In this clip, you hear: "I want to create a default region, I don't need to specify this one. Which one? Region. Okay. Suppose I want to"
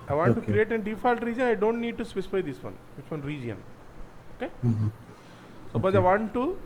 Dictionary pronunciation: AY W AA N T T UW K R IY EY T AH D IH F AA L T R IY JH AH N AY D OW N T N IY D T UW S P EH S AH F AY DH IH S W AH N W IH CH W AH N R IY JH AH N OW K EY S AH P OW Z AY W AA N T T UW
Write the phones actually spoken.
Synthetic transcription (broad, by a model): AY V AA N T T UW K R IY EY T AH D IH F AA L T R IY JH AH N AY D OW N T N IY D T UW S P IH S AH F AY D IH S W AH N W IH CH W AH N R IY JH AH N OW K EY S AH B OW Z AY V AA N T T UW